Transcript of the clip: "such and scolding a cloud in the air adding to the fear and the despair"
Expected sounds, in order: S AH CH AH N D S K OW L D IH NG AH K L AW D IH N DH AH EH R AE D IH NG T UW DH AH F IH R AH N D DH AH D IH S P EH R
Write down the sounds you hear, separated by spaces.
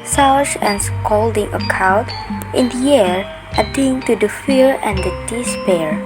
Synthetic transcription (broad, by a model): S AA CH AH N S K OW L D IH NG AH K AW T IH N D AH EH R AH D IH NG T UW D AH F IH R AH N D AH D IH S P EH R